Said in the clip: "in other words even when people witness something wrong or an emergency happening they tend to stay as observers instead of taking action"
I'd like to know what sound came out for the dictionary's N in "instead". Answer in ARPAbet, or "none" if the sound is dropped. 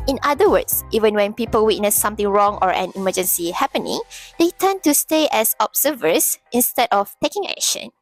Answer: N